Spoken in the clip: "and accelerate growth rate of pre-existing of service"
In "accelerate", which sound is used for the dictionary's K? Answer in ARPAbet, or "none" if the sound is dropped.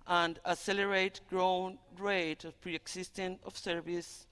none